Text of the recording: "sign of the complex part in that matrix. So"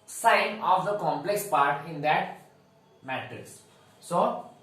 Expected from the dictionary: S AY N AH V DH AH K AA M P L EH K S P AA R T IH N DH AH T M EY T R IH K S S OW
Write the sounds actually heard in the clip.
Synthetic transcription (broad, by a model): S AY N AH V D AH K AA M P L EH K S P AA R T IH N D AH T M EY T IH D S S OW